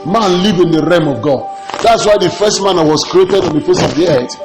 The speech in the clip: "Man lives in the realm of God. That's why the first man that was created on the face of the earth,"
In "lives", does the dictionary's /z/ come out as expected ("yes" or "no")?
no